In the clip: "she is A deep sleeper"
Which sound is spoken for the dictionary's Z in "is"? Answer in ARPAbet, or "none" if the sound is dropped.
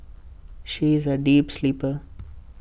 Z